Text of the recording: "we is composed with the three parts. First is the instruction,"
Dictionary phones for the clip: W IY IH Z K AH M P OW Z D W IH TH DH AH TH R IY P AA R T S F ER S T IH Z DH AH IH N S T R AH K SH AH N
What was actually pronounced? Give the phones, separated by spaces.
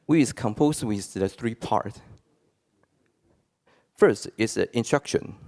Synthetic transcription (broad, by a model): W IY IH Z K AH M P OW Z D W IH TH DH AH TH R IY P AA R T F ER S T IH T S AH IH N S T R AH K SH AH N